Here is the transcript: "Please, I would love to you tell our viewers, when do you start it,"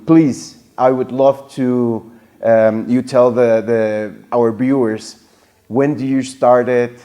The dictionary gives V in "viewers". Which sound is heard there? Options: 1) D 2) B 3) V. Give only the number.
2